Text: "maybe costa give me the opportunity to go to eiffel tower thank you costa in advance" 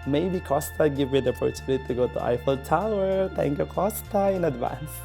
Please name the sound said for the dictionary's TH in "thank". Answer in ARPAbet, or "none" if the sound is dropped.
T